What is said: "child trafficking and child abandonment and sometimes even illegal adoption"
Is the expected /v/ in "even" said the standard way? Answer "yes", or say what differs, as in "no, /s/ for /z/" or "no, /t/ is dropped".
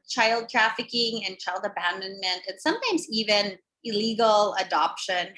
yes